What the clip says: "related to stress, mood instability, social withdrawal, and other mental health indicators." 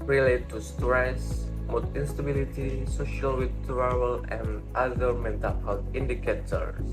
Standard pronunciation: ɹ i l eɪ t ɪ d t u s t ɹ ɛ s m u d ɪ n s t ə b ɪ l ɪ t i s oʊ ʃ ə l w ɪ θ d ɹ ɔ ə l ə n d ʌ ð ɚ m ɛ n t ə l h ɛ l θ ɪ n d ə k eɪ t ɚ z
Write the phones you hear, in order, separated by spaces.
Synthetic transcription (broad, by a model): ɹ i l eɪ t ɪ t u s t ɹ ɛ s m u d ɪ n s t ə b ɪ l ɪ t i s oʊ ʃ ə l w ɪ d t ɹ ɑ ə l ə n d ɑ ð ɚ m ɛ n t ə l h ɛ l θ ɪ n d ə k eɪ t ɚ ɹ